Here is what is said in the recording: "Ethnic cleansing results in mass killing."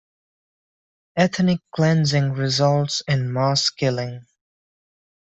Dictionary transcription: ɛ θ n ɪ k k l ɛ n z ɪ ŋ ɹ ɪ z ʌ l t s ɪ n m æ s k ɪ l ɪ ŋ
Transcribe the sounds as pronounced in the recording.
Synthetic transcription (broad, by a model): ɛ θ n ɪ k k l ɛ n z ɪ ŋ ɹ ɪ z ʌ l t s ɪ n m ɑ s k ɪ l ɪ ŋ